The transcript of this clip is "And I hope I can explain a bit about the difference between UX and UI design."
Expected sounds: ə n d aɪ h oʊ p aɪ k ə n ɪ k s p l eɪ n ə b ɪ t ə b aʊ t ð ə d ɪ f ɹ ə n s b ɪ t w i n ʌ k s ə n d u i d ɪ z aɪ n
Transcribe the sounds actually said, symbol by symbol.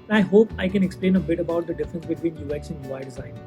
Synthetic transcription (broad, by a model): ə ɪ h oʊ p aɪ k ə n ɪ k s p l eɪ n ə b ɪ t ə b aʊ t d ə d ɪ f ɹ ə n s b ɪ t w i n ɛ k s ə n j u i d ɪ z aɪ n